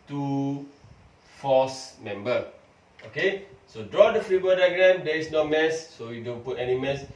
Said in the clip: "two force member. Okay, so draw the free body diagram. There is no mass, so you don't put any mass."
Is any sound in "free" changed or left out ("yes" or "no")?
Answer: no